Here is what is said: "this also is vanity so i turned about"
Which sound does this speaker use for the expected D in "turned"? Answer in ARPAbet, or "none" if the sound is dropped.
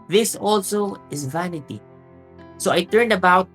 D